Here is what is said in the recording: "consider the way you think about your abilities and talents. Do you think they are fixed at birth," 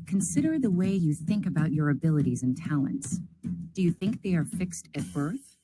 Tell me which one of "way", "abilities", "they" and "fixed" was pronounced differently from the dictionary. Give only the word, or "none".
none